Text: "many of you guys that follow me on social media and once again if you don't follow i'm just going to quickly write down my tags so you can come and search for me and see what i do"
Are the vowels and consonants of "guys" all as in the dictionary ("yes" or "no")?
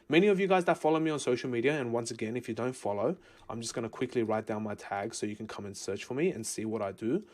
yes